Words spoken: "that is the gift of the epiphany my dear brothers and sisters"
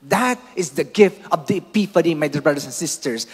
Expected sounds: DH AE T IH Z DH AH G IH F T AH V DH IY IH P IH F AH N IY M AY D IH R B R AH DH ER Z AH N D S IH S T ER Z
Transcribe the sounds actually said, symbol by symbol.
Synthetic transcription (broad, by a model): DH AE T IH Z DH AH G IH F T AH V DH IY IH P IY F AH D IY M AY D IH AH B R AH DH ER S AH N S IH S T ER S